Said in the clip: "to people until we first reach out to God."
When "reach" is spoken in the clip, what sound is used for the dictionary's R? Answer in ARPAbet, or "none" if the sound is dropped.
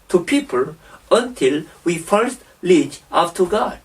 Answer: L